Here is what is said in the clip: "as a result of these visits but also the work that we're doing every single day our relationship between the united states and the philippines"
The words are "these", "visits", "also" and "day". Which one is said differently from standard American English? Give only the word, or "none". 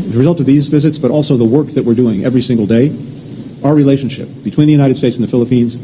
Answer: none